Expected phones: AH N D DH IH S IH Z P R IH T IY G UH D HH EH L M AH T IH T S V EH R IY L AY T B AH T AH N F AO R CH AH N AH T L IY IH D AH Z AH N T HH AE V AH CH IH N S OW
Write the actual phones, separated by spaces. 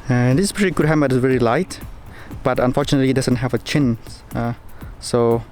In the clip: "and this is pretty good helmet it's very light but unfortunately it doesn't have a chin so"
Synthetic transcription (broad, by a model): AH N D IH S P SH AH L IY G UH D HH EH M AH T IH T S V EH R IY L AY T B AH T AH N F AO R CH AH N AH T L IY D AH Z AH N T HH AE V AH CH IH N S OW